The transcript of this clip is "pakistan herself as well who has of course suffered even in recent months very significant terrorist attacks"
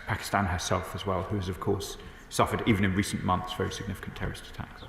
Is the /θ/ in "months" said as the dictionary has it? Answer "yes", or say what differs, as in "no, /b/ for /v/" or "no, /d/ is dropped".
yes